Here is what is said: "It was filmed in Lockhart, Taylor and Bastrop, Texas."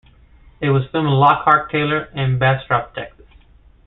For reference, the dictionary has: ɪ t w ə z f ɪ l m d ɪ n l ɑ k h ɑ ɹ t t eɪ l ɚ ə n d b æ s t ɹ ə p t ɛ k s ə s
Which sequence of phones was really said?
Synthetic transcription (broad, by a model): ɪ t w ə z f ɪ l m ɪ n l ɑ k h ɑ ɹ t t eɪ l ɚ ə n b æ s t ɹ ə p t ɛ k s ə s